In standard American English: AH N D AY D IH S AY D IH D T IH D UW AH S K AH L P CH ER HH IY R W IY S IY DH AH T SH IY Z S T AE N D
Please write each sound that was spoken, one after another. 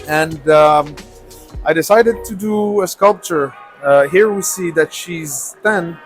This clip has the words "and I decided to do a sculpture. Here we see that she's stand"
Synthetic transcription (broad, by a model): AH N D AY D IH S AY D IH D T IH D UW AH S K AH L P CH ER HH IY R W IY S IY DH AH T SH IY Z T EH N